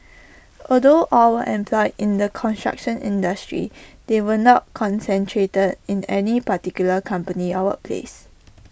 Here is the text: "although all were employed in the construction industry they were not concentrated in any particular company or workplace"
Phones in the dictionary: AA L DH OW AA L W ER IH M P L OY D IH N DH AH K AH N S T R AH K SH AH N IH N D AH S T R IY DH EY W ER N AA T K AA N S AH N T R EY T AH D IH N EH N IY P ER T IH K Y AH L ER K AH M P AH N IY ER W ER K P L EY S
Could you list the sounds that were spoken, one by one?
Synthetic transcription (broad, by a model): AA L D OW AA L W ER IH M P L OY D IH N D AH K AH N S T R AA K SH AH N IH N D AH S T R IY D EY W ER N AA T K AA N S AH N T R EY T AH D IH N EH N IY P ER T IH K Y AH L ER K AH M P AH N IY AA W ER P L EY S